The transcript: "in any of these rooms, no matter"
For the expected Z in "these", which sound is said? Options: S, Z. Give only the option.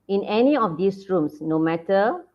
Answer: S